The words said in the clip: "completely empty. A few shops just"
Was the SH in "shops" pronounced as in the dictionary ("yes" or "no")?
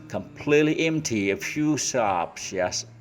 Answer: no